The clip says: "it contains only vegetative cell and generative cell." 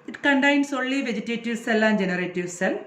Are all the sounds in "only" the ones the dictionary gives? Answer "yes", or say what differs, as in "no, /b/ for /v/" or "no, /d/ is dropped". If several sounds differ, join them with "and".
no, /n/ is dropped